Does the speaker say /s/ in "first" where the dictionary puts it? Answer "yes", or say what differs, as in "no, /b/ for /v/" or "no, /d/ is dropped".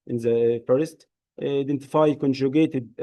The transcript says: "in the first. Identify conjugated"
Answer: yes